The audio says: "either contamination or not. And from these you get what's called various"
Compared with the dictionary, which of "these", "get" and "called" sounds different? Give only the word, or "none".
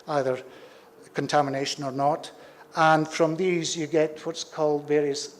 none